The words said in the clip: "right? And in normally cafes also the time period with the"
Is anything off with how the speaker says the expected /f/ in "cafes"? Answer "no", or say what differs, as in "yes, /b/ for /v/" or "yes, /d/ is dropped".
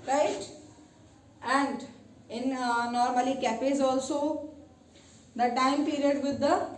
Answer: yes, /p/ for /f/